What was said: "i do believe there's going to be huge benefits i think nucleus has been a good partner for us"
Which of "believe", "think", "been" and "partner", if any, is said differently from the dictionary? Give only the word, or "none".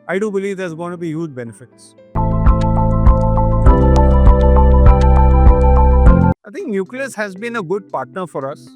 think